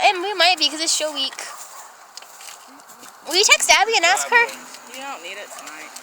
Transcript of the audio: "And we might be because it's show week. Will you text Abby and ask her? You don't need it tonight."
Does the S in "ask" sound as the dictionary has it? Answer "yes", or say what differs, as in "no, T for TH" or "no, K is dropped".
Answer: yes